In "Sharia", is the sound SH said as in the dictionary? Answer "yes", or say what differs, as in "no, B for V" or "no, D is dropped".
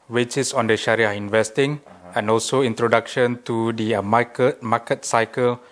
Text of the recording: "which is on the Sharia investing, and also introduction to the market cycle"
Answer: yes